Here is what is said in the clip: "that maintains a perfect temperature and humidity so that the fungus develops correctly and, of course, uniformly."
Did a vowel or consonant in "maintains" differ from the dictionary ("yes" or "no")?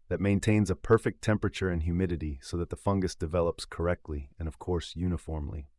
no